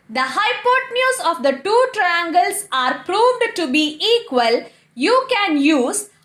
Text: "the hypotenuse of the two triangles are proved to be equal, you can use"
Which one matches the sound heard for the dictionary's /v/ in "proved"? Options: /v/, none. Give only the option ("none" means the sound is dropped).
/v/